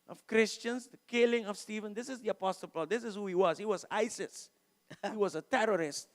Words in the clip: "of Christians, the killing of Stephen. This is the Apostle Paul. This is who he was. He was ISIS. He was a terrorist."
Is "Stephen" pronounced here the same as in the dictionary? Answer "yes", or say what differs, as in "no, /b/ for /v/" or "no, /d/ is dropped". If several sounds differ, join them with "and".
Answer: yes